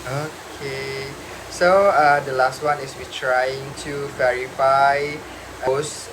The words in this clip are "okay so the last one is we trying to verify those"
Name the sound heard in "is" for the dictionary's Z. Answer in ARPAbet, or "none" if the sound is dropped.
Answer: S